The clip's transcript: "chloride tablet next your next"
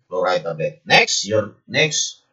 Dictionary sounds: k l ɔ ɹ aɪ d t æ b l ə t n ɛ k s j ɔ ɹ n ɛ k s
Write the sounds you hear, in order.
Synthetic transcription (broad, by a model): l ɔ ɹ aɪ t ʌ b ə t n ɛ k s j ɔ ɹ n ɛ k s